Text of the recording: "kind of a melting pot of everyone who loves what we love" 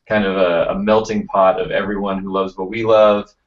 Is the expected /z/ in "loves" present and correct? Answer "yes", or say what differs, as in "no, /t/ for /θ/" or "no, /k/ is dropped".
yes